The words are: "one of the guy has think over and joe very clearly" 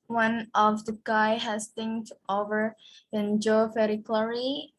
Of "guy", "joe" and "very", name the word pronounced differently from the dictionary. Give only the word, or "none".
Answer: very